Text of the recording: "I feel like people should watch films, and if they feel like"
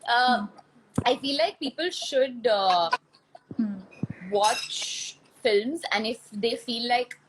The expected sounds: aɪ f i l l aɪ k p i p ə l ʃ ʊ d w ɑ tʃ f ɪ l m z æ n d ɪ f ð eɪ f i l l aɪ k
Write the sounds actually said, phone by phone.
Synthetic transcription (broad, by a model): aɪ f i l l aɪ k p i p ə l ʃ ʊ d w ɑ tʃ f ɪ l m z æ n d ɪ f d eɪ f i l l aɪ k